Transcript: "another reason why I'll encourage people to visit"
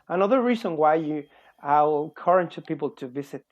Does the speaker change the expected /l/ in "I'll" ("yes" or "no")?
yes